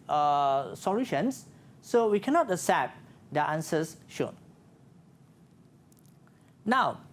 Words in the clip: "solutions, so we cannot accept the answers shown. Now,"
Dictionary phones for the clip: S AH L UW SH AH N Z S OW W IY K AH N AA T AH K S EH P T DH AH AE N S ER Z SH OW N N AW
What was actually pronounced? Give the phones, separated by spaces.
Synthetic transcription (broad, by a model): S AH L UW SH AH N S OW W IY K AH N AA T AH S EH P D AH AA N S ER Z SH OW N N AW